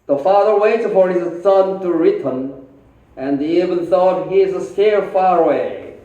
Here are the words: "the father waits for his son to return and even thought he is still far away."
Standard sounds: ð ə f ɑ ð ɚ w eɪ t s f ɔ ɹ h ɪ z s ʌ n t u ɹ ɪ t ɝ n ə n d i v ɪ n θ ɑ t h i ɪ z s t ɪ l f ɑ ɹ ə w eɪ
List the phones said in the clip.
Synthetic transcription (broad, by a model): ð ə f ɑ ð ɚ w eɪ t f ɔ ɹ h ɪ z s ʌ n t u ɹ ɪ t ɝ n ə n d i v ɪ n θ ɑ t h i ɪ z s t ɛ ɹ f ɑ ɹ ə w eɪ